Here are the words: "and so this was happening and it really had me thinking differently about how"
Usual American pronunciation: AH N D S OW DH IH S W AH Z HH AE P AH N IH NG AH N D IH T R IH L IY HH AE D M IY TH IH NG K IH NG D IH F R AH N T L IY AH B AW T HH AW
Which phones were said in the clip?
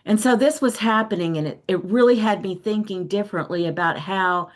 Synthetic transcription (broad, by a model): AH N S OW DH IH S W AH Z HH AE P AH N IH NG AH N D IH T R IH L IY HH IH D M IY TH IH NG K IH NG D IH F R AH N T L IY AH B AW T HH AW